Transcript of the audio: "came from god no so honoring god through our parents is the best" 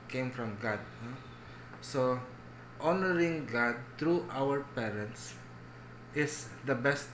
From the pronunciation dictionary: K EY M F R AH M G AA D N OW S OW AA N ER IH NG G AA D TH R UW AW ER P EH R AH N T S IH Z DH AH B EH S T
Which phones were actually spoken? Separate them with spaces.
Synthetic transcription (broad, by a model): K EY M F R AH M G AA D N OW S OW AA N ER IH NG G AA D T R UW AW ER P EH R AH N T S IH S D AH B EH S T